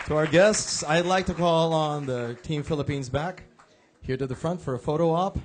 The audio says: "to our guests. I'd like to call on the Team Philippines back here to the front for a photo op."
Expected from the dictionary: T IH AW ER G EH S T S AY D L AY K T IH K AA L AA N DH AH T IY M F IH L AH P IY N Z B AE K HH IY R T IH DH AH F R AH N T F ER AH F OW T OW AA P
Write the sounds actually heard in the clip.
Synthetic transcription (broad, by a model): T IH AW ER G EH S T S AY D L AY K T IH K AA L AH N DH AH T IY M F IH L AH P IY N Z B AE K HH IY R T IH DH AH F R AH N T F ER AH F OW T OW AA P